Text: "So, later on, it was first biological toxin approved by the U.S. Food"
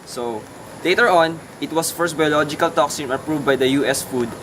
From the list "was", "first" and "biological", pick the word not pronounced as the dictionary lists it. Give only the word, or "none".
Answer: was